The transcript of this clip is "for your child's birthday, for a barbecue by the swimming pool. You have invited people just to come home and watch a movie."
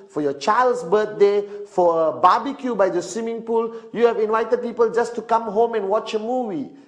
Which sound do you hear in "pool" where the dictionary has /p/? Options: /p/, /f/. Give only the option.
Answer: /p/